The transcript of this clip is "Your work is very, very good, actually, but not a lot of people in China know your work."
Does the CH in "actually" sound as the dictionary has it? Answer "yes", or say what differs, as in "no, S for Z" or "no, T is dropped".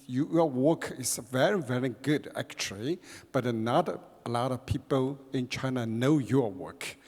yes